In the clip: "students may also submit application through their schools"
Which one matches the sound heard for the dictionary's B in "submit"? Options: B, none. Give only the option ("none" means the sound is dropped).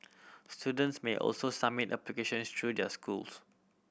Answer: none